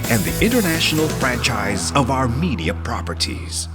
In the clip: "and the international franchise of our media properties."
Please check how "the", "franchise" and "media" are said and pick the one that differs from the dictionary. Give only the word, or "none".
none